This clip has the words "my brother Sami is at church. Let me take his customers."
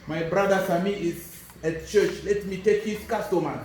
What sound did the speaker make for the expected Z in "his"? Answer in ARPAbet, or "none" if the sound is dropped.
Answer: S